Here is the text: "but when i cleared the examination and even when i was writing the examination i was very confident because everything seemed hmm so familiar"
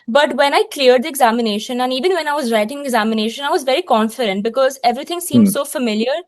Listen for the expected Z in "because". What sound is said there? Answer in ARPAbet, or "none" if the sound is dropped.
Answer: Z